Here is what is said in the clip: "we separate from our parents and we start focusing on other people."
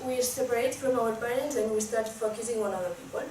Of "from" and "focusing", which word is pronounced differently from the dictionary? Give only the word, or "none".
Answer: from